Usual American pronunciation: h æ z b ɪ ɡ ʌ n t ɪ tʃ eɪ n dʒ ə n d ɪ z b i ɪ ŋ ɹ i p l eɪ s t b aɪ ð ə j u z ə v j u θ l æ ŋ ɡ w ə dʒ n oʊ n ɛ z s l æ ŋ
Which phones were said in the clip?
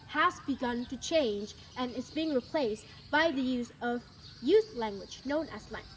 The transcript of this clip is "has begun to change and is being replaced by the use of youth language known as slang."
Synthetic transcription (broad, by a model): h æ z b ɪ ɡ ʌ n t ɪ tʃ eɪ n dʒ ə n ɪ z b i ɪ ŋ ɹ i p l eɪ s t b aɪ ð ə j u z ə v j u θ l æ ŋ ɡ w ə dʒ n oʊ n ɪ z l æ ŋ